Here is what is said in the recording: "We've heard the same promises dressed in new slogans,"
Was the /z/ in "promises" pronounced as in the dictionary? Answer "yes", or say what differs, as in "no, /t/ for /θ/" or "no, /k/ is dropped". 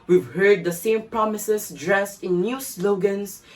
no, /s/ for /z/